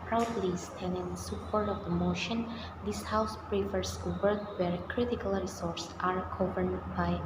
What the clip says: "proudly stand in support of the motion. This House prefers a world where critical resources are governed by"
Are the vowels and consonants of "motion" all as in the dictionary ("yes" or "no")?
yes